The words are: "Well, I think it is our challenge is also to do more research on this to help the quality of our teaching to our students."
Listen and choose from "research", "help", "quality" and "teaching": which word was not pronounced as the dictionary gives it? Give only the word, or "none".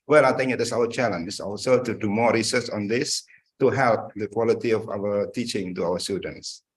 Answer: research